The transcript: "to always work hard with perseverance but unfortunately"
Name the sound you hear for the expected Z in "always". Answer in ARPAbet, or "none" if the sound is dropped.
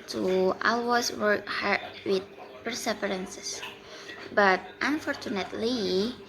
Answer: S